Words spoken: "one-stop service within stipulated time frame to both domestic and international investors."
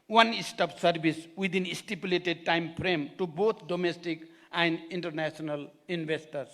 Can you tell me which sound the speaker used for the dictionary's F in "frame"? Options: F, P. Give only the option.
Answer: P